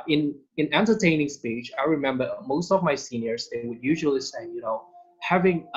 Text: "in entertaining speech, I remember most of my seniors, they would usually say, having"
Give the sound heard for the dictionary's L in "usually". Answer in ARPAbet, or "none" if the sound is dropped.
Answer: L